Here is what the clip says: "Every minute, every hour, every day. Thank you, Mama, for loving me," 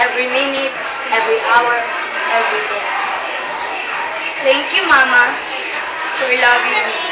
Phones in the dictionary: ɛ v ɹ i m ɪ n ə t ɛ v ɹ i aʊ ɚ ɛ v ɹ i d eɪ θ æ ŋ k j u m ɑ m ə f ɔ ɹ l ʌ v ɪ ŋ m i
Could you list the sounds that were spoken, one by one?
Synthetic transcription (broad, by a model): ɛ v ɹ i m ɪ n ə t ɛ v ɹ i aʊ ɚ ɛ v ɹ i d eɪ t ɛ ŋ k j u m ɑ m ə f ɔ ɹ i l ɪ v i